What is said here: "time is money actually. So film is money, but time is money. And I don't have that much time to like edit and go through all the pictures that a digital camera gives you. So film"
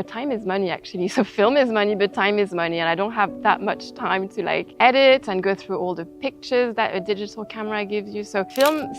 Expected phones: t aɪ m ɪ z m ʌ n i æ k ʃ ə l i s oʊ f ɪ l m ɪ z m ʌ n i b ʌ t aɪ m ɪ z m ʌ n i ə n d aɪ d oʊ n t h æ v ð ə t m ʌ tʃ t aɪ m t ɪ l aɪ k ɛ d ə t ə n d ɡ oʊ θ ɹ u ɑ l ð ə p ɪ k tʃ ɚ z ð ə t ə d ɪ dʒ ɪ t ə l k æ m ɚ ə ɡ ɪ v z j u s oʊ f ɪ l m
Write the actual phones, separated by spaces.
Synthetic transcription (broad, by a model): t aɪ m ɪ z m ʌ n i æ k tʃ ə l i s oʊ f ɪ l m ɪ z m ʌ n i b ʌ t aɪ m ɪ z m ʌ n i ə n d aɪ d oʊ n t h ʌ v ð ə t m ʌ tʃ t aɪ m t ɪ l aɪ k ɛ d ə t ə n ɡ oʊ θ ɹ u ɑ l ð ə p ɪ k tʃ ɚ z ð ə t ə d ɪ dʒ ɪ t l k æ m ɚ ə ɡ ɪ v z j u s oʊ f ɪ l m